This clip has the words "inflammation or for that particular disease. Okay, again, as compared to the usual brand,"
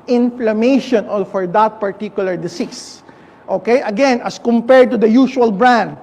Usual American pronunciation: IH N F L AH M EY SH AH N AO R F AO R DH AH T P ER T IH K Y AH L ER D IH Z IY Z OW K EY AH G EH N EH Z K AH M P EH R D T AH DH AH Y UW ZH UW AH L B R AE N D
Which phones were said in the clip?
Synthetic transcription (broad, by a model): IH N F L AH M EY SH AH N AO L F AO R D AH T P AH T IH K Y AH L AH D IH S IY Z OW K EY AH G EH N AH S K AH M P EH R D T AH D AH Y UW SH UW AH L B R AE N D